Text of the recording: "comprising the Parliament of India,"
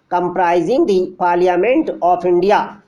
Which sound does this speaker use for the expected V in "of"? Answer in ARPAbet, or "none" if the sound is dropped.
P